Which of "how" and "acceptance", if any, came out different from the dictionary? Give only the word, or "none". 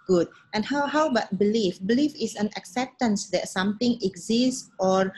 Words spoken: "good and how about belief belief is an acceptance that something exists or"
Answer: none